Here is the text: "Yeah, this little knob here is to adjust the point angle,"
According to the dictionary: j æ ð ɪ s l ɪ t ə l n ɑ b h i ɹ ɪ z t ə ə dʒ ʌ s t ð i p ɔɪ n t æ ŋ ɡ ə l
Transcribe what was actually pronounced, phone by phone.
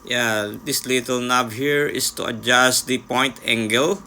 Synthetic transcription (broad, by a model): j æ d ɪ s l ɪ t ə l n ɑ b h i ɹ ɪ s t ə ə dʒ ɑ s t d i p ɔɪ n t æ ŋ ɡ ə l